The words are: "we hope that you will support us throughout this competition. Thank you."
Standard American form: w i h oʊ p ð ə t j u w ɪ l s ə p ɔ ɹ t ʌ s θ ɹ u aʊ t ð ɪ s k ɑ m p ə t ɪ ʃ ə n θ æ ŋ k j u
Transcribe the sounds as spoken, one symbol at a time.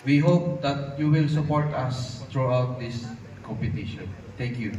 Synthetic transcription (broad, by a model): w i h oʊ p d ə t j u w ɪ l s ə p ɔ ɹ t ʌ s t ɹ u aʊ t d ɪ s k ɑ m p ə t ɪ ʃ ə n t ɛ ŋ k j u